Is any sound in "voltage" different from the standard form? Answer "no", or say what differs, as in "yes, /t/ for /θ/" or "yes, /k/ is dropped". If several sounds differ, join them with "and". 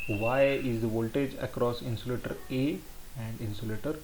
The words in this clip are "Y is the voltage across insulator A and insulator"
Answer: no